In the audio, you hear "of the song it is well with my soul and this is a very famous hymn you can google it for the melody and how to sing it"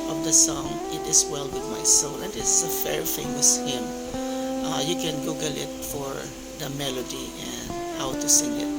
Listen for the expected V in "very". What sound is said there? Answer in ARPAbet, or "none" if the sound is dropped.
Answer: F